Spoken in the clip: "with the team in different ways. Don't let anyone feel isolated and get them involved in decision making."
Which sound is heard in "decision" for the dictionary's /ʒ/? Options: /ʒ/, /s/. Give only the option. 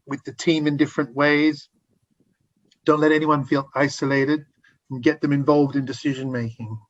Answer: /ʒ/